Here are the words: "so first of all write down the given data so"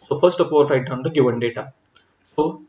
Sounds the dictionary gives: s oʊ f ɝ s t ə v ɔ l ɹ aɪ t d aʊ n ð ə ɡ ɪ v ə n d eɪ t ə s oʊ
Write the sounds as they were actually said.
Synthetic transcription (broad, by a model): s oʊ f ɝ s t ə p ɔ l ɹ aɪ t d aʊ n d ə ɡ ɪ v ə n d eɪ t ə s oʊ